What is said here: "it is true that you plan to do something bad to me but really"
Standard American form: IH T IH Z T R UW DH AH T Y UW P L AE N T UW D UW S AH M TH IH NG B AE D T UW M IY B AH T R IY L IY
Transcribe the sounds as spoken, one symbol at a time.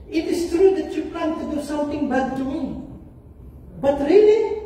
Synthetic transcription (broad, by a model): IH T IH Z T R UW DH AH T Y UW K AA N T UW D UW S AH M T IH NG B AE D T UW M IY B AH T R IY L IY